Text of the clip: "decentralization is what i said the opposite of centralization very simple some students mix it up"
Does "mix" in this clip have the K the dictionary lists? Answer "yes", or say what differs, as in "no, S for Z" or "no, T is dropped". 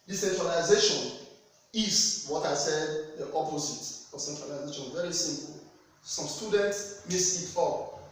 no, K is dropped